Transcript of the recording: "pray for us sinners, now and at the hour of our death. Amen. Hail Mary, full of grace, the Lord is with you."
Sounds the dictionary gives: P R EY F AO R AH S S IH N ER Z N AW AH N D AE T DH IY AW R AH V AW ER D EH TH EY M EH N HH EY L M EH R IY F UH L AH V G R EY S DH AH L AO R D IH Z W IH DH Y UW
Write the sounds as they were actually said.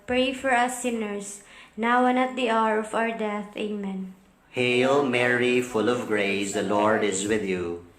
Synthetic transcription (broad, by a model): P R EY F AO R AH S S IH N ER S N AW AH N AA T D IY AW R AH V AW ER D EH TH EY M EH N HH EY L M EH R IY F UH L AH V G R EY S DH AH L AO R D IH Z W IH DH Y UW